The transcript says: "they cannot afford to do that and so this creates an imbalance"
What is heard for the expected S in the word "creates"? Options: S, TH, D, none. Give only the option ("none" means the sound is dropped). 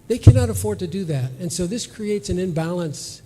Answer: S